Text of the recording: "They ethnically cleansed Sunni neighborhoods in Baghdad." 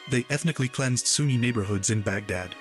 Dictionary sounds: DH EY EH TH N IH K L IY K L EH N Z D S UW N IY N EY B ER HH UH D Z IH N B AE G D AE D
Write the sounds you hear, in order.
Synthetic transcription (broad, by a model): DH EY EH TH N IH K L IY K L EH N Z D S UW N IY N EY B ER HH UH D Z IH N B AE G D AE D